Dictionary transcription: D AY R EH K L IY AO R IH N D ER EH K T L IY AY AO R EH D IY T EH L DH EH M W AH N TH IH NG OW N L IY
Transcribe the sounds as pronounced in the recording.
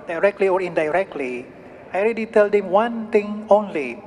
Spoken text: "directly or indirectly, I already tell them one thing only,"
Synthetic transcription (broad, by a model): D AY R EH K L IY AO R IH N D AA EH K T L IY AY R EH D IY T EH L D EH M W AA N T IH NG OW N L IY